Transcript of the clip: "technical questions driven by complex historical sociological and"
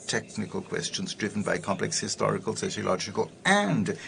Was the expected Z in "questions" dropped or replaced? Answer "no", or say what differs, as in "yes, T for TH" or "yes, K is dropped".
no